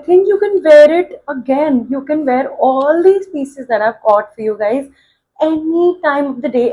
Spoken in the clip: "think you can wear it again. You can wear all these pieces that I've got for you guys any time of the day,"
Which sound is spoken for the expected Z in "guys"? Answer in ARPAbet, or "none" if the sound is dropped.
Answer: Z